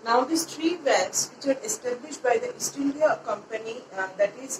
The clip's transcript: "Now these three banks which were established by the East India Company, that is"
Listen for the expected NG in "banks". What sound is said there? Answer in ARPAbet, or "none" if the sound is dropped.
none